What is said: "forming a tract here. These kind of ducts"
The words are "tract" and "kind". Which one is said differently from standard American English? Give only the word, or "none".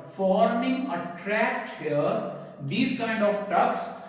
none